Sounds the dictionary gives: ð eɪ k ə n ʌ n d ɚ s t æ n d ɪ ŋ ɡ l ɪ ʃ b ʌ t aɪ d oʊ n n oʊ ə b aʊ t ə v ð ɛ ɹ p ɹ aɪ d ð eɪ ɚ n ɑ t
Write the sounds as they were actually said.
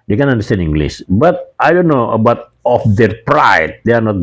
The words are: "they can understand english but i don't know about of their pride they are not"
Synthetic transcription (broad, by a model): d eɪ k ə n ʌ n d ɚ s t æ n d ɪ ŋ ɡ l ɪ s b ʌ t aɪ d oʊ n n oʊ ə b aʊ t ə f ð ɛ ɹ p ɹ aɪ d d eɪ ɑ n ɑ t